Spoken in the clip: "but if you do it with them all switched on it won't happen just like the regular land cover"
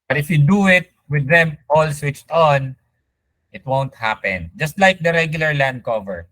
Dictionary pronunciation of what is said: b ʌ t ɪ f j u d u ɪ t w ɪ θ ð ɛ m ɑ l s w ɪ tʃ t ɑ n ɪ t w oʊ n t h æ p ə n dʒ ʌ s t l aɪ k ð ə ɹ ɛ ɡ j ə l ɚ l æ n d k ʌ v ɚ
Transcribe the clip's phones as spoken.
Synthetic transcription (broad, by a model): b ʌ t ɪ f j u d u ɪ t w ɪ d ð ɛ m ɑ l s w ɪ tʃ t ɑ n ɪ t w oʊ n t h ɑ p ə n dʒ ʌ s t l aɪ k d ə ɹ ɛ ɡ j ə l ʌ l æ n d k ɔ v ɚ